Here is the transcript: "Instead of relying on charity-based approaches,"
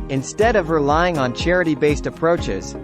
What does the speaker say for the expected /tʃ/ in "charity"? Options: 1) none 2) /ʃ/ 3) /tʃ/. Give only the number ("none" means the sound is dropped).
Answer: 3